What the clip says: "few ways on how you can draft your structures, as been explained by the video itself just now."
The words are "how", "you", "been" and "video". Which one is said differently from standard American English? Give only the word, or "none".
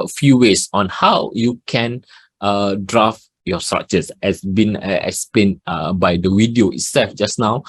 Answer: video